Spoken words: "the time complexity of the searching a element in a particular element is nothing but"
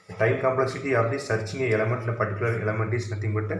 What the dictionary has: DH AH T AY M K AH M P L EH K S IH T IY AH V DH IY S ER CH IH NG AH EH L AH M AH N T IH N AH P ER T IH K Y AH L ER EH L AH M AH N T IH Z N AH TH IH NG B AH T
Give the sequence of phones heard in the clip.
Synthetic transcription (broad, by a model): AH T AY M K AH M P L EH K S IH T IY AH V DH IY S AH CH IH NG AH EH L AH M AH N T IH L AH P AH T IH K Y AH L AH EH L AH M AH N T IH S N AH T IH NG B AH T